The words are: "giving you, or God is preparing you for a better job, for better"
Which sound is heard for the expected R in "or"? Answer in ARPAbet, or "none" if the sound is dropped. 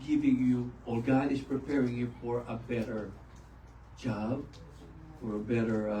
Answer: L